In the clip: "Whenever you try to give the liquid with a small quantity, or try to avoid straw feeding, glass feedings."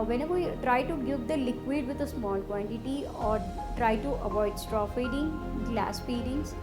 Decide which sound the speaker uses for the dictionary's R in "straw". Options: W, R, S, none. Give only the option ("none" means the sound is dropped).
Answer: R